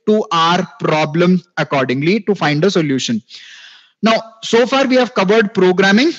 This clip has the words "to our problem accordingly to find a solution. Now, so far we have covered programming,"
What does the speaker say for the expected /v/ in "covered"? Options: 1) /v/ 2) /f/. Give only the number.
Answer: 1